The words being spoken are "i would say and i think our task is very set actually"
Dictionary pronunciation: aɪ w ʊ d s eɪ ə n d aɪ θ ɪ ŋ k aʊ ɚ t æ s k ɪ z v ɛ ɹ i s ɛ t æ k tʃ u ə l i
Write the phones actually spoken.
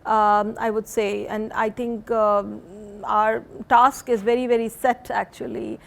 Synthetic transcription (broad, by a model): aɪ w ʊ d s eɪ ə n d aɪ t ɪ ŋ k aʊ ɚ t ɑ s k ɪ z v ɛ ɹ i s ɛ t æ k tʃ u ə l i